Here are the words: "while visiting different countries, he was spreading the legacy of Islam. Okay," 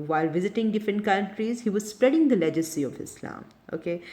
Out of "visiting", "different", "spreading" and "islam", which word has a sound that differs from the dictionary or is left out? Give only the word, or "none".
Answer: different